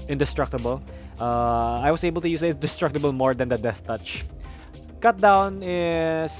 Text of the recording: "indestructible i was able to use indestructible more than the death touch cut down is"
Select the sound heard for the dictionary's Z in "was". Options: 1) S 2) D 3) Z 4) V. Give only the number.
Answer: 1